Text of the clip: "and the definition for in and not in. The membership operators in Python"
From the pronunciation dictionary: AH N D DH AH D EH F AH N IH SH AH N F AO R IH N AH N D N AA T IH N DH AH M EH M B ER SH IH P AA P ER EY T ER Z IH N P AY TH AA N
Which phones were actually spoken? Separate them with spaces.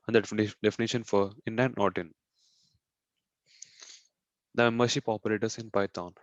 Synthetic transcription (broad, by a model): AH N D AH D EH F AH N IH SH AH N F AO R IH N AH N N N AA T IH N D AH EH M ER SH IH P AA P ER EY T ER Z IH N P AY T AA N